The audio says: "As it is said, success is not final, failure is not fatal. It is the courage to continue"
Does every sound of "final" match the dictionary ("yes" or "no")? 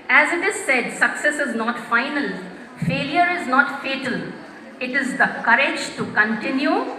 yes